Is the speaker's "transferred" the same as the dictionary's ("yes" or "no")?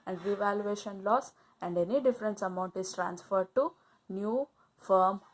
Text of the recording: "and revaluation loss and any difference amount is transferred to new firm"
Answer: yes